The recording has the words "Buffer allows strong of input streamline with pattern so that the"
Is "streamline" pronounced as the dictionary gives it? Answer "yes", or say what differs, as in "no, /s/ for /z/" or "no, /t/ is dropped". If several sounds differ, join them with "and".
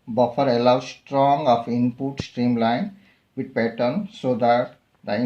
yes